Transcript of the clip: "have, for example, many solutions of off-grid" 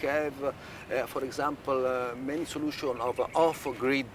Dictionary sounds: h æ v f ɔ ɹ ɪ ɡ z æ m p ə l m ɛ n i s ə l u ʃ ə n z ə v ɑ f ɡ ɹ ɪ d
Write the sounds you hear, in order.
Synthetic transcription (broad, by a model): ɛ v f ɔ ɹ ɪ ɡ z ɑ m p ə l m ɛ n i s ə l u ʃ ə n ə v ɑ f ɡ ɹ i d